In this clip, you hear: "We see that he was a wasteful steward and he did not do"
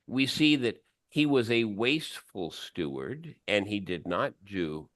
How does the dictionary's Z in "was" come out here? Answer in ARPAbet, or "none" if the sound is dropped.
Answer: Z